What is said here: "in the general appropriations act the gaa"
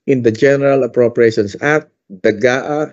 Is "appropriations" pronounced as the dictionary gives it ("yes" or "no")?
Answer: no